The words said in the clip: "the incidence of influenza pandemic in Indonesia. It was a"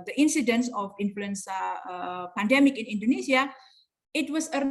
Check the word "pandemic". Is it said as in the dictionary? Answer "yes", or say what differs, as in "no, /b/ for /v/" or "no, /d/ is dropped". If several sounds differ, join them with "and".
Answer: yes